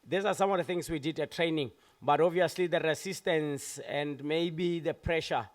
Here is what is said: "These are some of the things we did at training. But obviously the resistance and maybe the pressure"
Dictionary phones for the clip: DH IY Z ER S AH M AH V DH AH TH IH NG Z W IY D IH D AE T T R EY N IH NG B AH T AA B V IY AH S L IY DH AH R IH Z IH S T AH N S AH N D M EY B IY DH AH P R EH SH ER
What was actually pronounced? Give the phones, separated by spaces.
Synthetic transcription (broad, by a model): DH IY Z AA S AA M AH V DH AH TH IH NG S W IY D IH D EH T T R EY N IH NG B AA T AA V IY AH S L IY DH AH R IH S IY S T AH N S AH N D M EY B IY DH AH P R EH SH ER